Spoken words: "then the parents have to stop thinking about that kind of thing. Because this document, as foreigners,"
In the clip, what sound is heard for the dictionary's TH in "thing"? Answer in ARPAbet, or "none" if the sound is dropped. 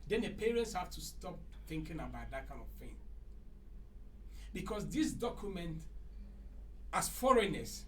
F